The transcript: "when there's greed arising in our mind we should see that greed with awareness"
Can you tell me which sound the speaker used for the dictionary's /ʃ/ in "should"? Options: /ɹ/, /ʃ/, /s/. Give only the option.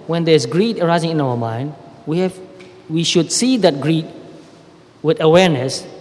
/ʃ/